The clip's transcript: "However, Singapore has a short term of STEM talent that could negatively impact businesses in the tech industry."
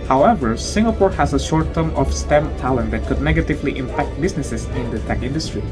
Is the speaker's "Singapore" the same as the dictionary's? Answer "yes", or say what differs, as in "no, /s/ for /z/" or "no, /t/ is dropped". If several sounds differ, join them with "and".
yes